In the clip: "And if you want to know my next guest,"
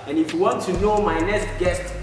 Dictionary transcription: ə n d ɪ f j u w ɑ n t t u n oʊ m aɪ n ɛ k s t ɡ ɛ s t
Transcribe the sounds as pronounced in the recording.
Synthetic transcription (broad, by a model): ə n ɪ f j u w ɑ n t t u n oʊ m aɪ n ɛ s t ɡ ɛ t